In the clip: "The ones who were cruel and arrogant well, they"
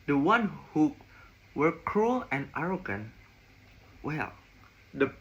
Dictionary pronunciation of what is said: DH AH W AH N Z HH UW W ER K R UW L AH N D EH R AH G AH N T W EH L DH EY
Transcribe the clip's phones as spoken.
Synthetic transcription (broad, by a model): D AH W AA N HH UW W ER K R UW L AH N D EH R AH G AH N W EH L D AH